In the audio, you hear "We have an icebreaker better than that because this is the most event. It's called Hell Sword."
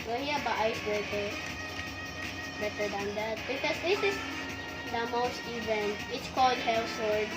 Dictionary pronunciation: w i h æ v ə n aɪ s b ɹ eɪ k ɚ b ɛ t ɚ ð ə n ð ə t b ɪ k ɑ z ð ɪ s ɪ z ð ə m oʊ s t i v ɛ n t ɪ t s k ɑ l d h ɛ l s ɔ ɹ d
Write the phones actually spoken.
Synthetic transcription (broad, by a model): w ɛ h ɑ b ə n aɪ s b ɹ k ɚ b ɛ t ɚ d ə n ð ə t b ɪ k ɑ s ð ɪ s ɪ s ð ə m oʊ s t i v ɛ n t ɪ t s k ɑ l d h ɛ l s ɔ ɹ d